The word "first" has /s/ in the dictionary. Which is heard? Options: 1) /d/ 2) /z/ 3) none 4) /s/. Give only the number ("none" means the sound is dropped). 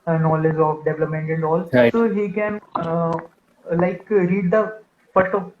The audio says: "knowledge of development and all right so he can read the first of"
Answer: 3